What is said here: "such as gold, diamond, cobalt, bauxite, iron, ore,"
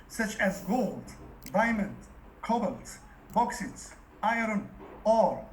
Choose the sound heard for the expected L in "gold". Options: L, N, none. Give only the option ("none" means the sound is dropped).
L